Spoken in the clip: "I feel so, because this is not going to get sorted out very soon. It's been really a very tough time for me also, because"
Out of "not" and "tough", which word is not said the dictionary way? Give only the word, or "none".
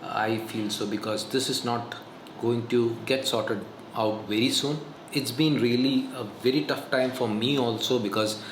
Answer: none